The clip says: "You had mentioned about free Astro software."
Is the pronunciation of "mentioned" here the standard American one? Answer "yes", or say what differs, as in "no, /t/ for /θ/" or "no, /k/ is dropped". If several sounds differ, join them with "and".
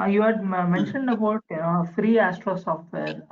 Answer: yes